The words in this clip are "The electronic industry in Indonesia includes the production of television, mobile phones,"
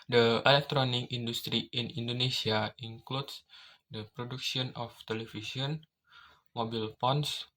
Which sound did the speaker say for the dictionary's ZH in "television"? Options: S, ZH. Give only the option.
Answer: S